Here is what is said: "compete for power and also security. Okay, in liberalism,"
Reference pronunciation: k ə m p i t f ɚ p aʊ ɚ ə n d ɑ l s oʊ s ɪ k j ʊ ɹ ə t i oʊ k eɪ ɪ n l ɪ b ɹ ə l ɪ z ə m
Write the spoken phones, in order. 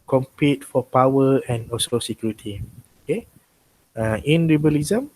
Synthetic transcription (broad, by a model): k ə m p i t f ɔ p aʊ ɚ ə n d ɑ s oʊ s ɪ k j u ɹ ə t i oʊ k eɪ ɪ n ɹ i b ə l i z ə m